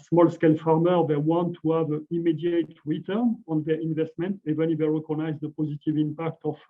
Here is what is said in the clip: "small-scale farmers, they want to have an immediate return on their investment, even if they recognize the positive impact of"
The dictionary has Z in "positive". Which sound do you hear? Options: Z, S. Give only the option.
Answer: Z